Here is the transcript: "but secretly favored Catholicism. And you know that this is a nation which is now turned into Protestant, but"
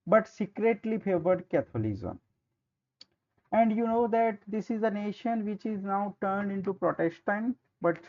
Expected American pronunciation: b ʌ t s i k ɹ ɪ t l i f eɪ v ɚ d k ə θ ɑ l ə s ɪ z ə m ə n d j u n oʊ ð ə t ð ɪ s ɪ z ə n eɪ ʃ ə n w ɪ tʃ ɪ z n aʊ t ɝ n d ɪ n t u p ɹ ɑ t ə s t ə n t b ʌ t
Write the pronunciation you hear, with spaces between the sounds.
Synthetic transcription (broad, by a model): b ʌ t s i k ɹ ɪ t l i f eɪ v ɚ d k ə t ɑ l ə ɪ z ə m ə n d j u n oʊ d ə t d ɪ s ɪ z ə n eɪ ʃ ə n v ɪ tʃ ɪ z n aʊ t ɝ n d ɪ n t u p ɹ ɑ t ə s t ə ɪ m b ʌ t